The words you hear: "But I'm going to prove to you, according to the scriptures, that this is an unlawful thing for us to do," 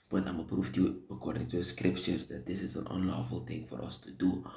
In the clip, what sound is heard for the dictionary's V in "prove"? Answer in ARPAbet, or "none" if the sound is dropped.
F